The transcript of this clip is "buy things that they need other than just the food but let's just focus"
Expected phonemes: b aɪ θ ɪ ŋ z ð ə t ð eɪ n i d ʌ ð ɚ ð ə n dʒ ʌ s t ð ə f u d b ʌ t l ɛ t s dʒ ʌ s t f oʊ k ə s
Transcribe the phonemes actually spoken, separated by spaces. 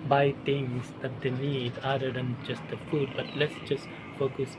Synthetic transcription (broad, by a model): b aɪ t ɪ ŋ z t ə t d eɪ n i d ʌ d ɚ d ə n dʒ ʌ s t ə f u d b ʌ t l ɛ t s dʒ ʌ s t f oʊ k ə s